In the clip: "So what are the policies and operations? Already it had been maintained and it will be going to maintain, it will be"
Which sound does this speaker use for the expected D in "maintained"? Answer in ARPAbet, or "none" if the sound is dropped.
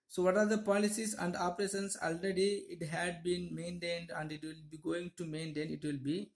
D